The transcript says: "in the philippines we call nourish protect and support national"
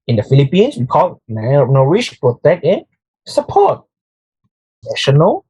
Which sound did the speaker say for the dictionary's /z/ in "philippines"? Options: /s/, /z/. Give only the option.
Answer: /s/